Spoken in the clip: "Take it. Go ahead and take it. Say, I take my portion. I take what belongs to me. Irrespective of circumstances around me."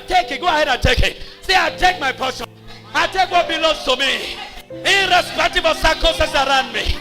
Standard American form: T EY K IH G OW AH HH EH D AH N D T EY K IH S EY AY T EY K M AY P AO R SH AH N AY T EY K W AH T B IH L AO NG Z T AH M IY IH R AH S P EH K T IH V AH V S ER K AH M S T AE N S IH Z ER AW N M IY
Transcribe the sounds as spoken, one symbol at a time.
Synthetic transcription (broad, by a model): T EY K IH G OW AH HH EH D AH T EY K IH S EY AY T EY K M AY P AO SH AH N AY T EY K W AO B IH L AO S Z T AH M IY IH R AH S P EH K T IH B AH S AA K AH S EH S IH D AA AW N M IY